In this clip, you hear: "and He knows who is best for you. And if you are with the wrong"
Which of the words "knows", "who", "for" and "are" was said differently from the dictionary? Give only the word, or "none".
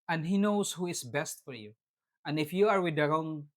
knows